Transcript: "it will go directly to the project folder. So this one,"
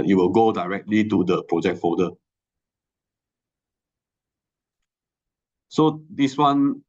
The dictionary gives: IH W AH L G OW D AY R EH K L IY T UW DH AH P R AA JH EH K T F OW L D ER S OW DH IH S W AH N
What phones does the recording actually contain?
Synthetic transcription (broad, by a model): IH W AH L G OW D AY R EH K L IY T UW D AH P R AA JH EH K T F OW D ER S OW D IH S W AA N